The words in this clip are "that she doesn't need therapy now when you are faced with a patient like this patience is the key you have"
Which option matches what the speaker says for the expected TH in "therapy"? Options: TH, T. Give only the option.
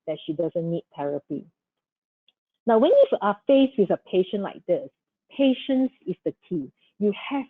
T